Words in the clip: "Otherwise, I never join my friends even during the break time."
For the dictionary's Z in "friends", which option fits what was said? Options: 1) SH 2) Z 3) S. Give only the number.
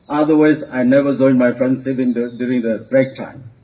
3